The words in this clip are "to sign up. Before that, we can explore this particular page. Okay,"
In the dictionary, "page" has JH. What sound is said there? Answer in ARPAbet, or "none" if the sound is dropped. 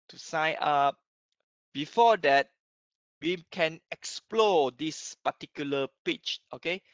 CH